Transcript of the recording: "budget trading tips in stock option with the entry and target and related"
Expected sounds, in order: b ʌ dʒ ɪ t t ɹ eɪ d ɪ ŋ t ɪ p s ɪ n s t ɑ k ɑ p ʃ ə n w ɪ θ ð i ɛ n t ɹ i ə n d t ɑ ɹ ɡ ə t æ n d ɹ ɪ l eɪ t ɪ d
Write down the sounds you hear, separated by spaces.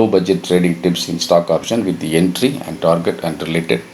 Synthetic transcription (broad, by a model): b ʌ dʒ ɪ t t ɹ eɪ d ɪ ŋ t ɪ p s ɪ n s t ɑ k ɑ p ʃ ə n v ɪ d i ɛ n t ɹ i ə n d t ɑ ɹ ɡ ə t æ n d ɹ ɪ l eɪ t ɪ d